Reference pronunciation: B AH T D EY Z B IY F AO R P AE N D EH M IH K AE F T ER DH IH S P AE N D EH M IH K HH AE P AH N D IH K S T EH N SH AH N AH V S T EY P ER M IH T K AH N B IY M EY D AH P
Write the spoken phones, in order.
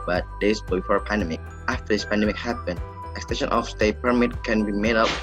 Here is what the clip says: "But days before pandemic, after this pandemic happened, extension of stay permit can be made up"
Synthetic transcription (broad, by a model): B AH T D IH S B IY F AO R P AE N D EH M IH K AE F T ER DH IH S P AE N D EH M IH K HH AE P AH N D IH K S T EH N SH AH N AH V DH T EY P ER M IH T K AH N B IY M EY D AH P